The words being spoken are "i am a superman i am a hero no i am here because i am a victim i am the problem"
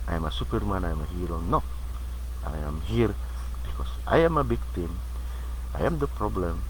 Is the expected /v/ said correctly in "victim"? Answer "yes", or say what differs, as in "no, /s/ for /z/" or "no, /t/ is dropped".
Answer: no, /b/ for /v/